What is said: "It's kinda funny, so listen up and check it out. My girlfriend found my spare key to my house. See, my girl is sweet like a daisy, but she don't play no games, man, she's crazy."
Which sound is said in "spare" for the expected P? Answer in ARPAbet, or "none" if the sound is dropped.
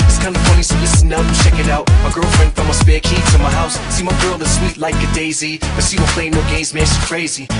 B